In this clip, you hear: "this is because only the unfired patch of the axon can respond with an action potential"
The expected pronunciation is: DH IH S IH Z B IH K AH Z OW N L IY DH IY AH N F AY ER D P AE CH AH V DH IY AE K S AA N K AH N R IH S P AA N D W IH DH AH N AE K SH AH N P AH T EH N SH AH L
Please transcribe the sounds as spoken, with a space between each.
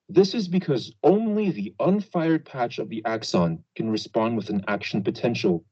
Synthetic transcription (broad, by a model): DH IH S IH Z B IH K AH Z OW N L IY DH IY AH N F AY ER D P AE CH AH V DH IY AE K S AA N K AH N R IH S P AA N D W IH DH AH N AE K SH N P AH T EH N SH L